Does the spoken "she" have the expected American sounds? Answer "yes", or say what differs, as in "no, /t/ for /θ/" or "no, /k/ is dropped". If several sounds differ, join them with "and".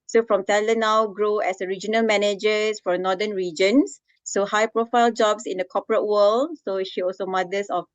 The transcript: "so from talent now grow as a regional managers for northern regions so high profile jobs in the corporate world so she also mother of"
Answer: yes